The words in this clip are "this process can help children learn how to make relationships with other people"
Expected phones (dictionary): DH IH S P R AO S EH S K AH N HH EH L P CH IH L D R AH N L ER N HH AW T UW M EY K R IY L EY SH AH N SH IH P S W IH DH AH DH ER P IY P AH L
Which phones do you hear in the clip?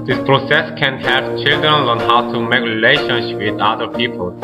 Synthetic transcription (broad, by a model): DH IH S P R AO S EH S K AH N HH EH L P CH IH L D R AH N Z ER N HH AW T UW M EY K R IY L EY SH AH N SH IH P W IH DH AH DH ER P IY P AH L